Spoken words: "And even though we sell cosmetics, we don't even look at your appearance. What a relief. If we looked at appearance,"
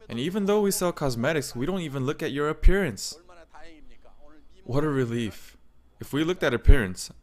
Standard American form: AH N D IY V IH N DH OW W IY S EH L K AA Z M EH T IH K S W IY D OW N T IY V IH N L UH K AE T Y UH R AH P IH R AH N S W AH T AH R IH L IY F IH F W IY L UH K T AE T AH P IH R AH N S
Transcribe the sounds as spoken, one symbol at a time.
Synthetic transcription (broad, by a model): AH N IY V IH N DH OW W IY S EH L K AA Z M EH T IH K S W IY D OW N T IY V IH N L UH K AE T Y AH R AH P IH R AH N S W AH T AH R IH L IY F IH F W IY L UH K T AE T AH P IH R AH N S